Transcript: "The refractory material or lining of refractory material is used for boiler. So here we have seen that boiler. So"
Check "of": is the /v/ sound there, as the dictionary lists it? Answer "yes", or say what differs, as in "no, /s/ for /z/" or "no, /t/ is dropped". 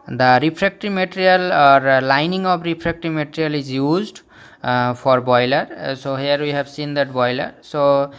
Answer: no, /b/ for /v/